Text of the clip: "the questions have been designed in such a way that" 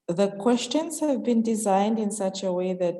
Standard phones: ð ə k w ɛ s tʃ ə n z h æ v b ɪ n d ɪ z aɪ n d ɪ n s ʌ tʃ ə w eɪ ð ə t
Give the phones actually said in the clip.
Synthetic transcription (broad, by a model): ð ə k w ɛ s tʃ ə n z h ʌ v b ɪ n d ɪ z aɪ n d ɪ n s ʌ tʃ ə w eɪ ð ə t